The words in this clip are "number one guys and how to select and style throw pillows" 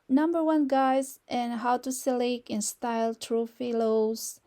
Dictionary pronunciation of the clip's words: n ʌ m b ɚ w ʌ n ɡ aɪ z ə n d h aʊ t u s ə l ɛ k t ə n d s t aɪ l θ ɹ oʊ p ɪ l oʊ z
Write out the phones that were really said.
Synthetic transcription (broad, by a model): n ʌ m b ɚ w ʌ n ɡ aɪ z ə n h aʊ t u s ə l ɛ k ə n s t aɪ l t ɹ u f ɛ l oʊ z